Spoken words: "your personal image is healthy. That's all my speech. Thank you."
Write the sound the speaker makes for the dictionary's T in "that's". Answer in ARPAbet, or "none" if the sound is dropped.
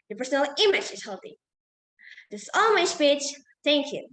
S